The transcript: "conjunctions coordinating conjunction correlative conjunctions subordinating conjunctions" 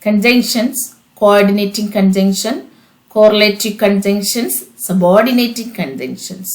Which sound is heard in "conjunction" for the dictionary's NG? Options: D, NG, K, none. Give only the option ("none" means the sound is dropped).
NG